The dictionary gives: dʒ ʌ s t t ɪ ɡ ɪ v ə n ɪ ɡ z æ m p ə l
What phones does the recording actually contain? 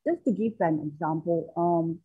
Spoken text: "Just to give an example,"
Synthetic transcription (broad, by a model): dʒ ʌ s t t ɪ ɡ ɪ f ə n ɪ ɡ z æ m p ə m